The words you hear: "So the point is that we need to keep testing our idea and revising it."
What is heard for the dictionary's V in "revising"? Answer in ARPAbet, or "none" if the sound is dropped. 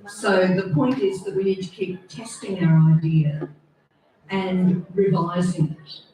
V